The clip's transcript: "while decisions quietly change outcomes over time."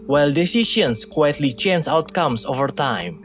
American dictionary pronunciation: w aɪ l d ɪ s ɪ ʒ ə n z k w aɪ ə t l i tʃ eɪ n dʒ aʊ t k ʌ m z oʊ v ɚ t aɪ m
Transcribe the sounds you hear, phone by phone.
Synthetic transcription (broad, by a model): w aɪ l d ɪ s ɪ ʃ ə n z k w aɪ ə t l i tʃ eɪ n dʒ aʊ t k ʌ m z oʊ v ɚ t aɪ m